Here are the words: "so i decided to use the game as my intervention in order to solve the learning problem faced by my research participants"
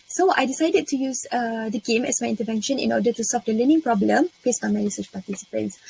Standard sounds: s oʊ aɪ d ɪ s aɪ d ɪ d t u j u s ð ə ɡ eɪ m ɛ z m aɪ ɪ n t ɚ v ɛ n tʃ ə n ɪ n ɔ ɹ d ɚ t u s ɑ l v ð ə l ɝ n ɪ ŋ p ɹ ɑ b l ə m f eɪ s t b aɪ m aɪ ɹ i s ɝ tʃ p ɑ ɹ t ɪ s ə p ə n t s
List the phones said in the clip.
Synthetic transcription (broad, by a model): s oʊ aɪ d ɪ s aɪ d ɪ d t u j u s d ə ɡ eɪ m ɛ s m aɪ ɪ n t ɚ v ɛ n ʃ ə n ɪ n ɔ d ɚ t u s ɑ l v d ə l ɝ n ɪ ŋ p ɹ ɑ b l ə m p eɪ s b aɪ m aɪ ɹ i s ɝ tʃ p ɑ t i s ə p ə n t s